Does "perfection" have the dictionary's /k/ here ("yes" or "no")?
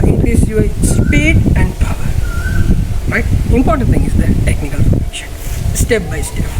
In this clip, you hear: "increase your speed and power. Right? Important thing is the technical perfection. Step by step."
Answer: no